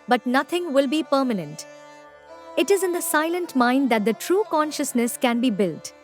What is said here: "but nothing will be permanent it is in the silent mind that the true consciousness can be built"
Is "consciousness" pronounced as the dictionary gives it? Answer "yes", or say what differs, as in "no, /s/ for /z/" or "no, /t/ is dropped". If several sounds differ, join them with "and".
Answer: yes